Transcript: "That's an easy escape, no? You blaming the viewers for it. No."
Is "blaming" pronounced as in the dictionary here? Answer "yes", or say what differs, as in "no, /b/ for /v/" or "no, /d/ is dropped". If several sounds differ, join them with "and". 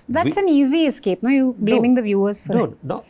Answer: yes